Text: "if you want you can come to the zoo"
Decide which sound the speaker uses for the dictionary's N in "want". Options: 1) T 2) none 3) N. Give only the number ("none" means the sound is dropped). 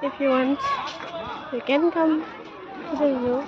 3